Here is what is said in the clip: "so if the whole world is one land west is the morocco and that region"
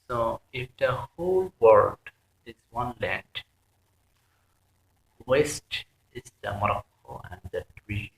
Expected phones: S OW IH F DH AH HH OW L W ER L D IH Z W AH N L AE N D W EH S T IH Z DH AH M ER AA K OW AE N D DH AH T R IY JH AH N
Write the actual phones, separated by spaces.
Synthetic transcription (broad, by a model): S OW IH F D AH HH OW L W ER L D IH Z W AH N L AE N D W EH S T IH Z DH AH M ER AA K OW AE N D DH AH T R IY